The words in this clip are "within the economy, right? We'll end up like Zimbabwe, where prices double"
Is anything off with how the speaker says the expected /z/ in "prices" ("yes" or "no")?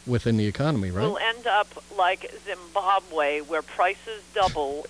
no